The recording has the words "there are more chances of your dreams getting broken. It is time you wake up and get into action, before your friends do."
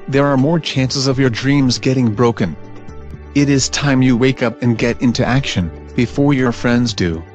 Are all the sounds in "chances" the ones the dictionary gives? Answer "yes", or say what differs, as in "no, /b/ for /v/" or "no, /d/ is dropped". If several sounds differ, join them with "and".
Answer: yes